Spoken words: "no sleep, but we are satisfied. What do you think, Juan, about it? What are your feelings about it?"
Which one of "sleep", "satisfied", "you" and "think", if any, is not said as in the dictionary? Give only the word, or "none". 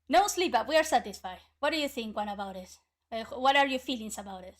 none